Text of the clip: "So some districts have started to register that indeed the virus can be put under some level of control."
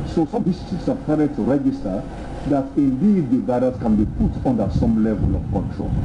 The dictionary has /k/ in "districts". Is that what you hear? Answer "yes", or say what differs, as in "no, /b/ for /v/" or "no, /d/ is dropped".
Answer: no, /k/ is dropped